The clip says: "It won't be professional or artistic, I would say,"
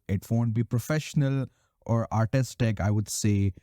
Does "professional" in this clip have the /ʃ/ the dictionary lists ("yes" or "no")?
yes